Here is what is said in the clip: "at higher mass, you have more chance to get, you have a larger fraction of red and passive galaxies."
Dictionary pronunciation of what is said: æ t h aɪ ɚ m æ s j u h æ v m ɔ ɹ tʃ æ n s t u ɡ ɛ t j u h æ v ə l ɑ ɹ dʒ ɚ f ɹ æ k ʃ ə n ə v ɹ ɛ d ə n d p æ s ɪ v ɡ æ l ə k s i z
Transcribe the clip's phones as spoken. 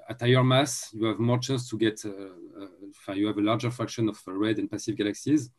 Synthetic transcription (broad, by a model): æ t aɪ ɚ m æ s j u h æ v m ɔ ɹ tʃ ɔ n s t u ɡ ɛ t j u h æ v ə l ɑ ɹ dʒ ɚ f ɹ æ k ʃ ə n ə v ɹ ɛ d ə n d p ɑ s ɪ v ɡ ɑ l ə k s i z